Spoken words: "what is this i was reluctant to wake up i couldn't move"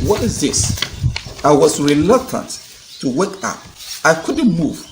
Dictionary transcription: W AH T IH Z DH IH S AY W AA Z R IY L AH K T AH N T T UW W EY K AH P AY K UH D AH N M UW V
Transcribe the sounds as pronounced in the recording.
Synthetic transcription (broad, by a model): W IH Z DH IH S AY W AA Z R IY L AH K T AH N T T UW W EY K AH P AY K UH D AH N M UW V